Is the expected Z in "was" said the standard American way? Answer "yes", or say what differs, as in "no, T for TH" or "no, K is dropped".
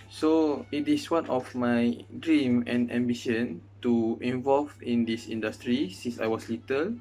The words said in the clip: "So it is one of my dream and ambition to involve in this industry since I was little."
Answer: no, S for Z